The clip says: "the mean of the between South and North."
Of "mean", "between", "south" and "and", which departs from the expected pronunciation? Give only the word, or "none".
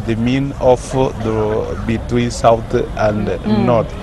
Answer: south